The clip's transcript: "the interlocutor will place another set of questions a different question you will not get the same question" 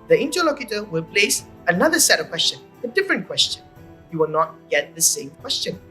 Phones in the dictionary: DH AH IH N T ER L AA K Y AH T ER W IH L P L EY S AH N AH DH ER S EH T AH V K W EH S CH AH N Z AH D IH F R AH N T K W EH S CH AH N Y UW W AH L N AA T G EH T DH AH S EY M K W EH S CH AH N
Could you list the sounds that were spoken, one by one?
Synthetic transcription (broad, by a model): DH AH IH N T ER L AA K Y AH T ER W IH L P L EY S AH N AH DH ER S EH T AH V K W EH S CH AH N AH D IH F R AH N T K W EH S CH AH N Y UW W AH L N AA T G EH T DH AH S EY M K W EH S CH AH N